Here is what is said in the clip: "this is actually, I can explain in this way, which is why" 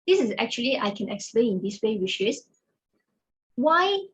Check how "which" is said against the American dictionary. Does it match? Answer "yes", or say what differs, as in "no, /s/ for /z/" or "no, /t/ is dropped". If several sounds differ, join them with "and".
no, /ʃ/ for /tʃ/